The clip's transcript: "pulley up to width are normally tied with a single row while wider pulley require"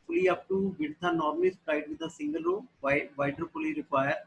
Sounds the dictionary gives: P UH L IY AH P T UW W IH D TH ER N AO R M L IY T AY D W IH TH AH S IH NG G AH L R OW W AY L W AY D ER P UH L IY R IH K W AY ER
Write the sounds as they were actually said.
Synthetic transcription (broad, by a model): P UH L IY AH P T UW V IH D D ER N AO R M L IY S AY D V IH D AH S IH NG G AH L R OW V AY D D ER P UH L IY R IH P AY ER